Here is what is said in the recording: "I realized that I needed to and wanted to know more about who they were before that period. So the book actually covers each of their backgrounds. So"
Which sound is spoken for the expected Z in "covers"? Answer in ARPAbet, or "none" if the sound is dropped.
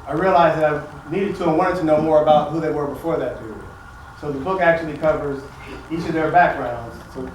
Z